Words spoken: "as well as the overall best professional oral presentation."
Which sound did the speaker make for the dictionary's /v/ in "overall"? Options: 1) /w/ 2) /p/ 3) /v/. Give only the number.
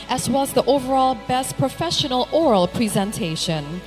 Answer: 3